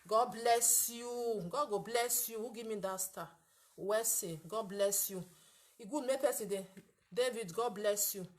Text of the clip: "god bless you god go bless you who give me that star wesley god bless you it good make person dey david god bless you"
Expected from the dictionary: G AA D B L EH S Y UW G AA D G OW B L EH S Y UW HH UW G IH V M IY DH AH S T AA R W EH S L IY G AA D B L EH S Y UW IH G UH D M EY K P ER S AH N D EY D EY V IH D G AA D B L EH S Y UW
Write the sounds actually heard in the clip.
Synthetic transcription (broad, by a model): G AA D B L EH S Y UW G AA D G OW B L EH S Y UW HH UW G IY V M IY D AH S T AA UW W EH S IY G AA D B L EH S Y UW IH G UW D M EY P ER S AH D EY D EY V IH D G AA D B L EH S Y UW